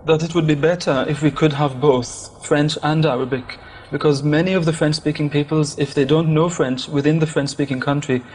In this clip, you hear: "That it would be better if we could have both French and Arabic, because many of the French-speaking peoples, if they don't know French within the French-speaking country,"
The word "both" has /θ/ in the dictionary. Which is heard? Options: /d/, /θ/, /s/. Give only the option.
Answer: /θ/